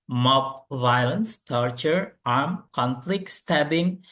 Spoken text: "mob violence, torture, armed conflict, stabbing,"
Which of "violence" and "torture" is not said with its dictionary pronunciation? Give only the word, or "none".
none